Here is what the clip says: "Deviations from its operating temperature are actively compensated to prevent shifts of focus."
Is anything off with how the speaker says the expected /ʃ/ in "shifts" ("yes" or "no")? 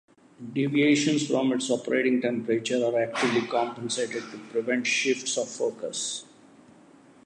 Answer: no